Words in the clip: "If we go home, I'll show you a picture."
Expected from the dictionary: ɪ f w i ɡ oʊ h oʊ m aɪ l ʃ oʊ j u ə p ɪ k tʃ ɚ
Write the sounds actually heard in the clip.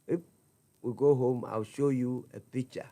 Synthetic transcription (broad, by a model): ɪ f w i ɡ oʊ h oʊ m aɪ w ʃ oʊ j u ə p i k tʃ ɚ